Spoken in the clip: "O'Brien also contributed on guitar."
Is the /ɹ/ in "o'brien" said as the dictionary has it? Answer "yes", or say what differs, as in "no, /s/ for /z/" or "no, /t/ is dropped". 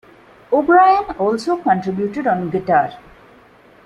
yes